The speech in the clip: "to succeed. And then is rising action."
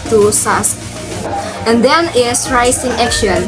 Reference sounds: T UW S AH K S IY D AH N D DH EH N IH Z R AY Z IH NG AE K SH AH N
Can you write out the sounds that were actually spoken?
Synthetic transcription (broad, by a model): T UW S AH S AH N D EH N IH S R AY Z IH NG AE K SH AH N